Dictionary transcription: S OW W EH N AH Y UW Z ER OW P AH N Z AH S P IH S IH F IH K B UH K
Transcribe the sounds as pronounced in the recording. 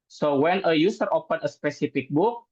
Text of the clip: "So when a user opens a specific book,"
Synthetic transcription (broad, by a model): S OW W EH N AH Y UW S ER OW P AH N AH S P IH S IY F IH K B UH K